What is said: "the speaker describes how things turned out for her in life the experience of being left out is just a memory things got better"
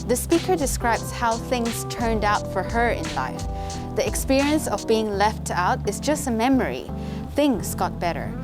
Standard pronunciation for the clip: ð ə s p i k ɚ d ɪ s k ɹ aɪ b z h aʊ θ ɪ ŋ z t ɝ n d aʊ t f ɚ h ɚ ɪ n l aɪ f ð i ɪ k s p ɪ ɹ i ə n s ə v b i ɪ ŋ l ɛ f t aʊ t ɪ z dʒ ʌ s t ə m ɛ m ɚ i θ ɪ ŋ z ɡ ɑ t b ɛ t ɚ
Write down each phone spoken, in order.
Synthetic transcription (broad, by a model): ð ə s p i k ɚ d ɪ s k ɹ aɪ b z h aʊ θ ɪ ŋ z t ɝ n d aʊ t f ɚ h ɚ ɪ n l aɪ f ð i ɪ k s p ɪ ɹ i ə n s ə v b i ɪ ŋ l ɛ f t aʊ t ɪ z dʒ ʌ s t ə m ɛ m ɚ i θ ɪ ŋ z ɡ ɑ t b ɛ t ɚ